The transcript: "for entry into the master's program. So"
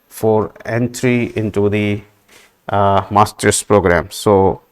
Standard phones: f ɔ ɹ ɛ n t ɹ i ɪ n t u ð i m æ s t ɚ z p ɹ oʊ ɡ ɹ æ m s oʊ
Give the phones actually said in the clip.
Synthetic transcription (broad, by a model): f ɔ ɹ ɛ n t ɹ i ɪ n t u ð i m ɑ s t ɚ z p ɹ oʊ ɡ ɹ æ m s oʊ